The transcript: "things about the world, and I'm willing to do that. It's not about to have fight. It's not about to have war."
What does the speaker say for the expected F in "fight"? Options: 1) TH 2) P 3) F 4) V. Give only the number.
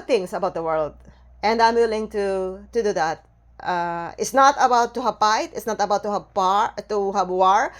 2